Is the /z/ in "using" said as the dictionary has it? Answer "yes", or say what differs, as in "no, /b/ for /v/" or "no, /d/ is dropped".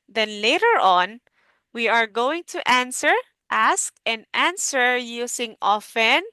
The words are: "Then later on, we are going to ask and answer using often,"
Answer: no, /s/ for /z/